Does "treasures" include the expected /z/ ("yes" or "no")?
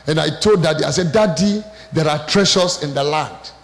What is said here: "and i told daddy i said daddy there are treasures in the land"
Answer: no